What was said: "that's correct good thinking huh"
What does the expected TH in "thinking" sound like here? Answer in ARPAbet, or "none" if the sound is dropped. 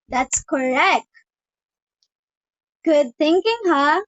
T